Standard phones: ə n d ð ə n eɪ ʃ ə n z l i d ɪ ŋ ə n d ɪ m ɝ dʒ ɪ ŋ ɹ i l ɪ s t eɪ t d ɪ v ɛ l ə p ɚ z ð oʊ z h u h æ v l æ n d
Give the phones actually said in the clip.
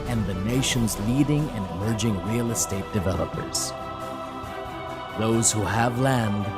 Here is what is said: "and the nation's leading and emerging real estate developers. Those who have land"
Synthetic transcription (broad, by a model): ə n ð ə n eɪ ʃ ə n z l i d ɪ ŋ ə n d ɪ m ɝ dʒ ɪ ŋ ɹ i l ɪ s t eɪ t d ɪ v ɛ l ə p ɚ z ð oʊ z h u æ v l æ n d